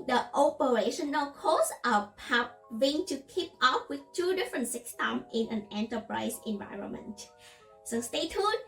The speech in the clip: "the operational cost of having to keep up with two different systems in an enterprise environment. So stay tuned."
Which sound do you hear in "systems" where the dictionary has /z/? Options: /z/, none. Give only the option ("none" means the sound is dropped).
none